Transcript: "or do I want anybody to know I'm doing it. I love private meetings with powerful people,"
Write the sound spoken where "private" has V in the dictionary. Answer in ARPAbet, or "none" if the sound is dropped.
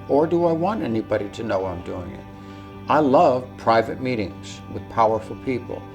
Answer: V